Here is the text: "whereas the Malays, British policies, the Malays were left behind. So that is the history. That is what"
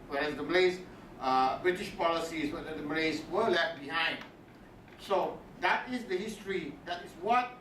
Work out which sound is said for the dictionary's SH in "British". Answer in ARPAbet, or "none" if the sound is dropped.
SH